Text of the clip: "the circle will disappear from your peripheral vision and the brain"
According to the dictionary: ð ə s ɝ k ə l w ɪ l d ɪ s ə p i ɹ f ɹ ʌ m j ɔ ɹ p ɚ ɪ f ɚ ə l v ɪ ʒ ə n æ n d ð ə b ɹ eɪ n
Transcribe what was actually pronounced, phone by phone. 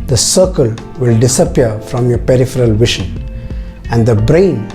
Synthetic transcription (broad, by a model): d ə s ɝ k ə l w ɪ l d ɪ s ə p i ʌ f ɹ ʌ m j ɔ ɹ p ɚ ɪ f ɚ ə l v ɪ ʃ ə n æ n d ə b ɹ eɪ n